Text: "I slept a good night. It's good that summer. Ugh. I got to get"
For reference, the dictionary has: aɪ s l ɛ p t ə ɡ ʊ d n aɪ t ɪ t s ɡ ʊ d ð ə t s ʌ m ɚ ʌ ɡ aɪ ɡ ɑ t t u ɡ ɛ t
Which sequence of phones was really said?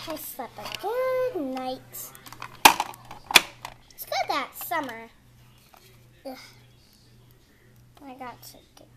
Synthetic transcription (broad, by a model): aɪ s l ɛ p ə ɡ ʊ d n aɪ ɪ t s ɡ ʊ d ð ə t s ʌ m ɚ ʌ aɪ ɡ ɑ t t u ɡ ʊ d